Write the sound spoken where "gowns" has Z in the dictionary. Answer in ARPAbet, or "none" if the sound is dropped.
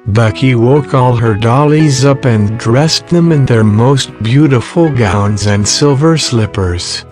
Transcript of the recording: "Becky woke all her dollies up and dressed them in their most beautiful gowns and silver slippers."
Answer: Z